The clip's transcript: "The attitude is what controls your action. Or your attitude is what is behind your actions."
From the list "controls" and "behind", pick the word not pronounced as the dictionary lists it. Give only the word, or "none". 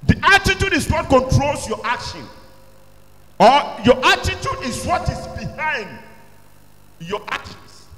controls